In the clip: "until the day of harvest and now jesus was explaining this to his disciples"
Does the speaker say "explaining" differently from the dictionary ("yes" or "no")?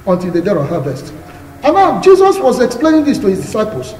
no